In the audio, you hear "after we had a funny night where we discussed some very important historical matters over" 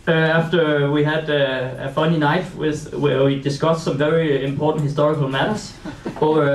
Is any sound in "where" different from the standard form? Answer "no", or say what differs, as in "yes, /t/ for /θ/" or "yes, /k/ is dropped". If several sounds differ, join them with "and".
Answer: yes, /w/ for /ɹ/